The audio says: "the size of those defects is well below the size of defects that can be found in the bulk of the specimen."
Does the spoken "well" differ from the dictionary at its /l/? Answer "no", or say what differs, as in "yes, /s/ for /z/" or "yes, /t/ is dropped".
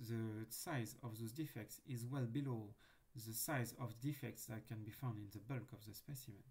no